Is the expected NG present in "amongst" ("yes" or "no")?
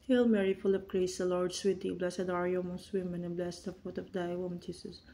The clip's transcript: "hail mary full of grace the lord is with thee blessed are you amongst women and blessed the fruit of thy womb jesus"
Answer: no